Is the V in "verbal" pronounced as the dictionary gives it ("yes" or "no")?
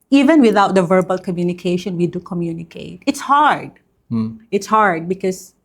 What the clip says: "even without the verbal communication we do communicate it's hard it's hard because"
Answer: yes